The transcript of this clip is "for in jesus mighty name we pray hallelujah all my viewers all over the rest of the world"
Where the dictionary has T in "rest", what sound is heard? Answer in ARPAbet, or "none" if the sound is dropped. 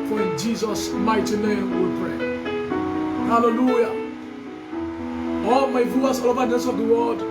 none